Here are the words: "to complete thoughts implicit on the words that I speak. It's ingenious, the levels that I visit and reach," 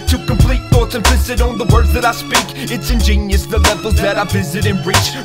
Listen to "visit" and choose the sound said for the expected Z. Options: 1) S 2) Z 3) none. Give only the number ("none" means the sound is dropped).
2